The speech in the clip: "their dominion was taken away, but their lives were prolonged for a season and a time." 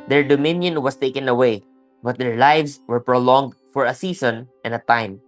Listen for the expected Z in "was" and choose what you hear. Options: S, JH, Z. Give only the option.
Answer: S